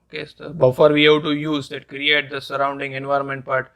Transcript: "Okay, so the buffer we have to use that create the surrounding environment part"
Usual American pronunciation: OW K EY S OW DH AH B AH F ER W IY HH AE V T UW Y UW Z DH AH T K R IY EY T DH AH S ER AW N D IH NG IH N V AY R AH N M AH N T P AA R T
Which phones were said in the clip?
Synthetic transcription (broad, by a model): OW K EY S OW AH B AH F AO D IY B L T UW Y UW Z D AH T K R IY EY T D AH S ER AW N D IH NG IH N V AY R AH N M AH N T P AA R T